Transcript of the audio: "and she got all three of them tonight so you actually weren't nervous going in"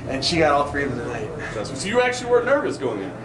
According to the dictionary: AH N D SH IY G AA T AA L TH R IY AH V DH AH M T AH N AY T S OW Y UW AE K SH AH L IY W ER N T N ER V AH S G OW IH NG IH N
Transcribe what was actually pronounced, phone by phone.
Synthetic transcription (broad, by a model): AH N SH IY G AA T AA L TH R IY AH V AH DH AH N AY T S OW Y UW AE K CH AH L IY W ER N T N ER V AH S G OW IH NG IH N